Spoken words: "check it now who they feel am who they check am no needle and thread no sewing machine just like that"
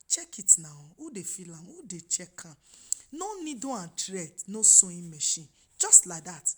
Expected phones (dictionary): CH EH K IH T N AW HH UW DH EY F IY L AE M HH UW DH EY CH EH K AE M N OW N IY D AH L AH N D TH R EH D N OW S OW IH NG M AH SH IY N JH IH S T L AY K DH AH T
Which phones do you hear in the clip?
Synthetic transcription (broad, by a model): CH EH K IH T N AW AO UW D EY F IY L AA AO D EY CH EH K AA N OW N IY D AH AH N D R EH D N OW S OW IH M AH SH IY N JH IH S T L AY K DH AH T